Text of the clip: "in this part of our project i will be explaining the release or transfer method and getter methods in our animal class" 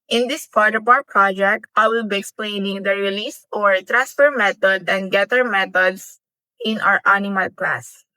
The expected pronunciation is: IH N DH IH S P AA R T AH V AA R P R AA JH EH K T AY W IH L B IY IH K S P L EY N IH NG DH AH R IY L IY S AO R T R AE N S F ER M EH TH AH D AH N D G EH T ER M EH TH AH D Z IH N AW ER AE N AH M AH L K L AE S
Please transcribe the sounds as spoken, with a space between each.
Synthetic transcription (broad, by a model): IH N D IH S P AA R T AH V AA P R AA JH EH K T AY W IH L B IY IH K S P L EY N IH NG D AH R IY L IY S AO R T R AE N S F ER M EH T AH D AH N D G EH T ER M EH T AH D S IH N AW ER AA N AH M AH L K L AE S